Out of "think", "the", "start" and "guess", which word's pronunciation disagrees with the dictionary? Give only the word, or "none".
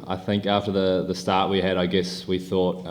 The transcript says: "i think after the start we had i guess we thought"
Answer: none